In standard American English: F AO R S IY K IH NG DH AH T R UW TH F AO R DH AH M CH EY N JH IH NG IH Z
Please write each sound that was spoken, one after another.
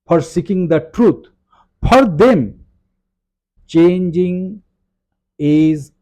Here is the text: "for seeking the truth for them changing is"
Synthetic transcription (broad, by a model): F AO R S IY K IH NG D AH T R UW T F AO R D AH M CH EY N JH IH NG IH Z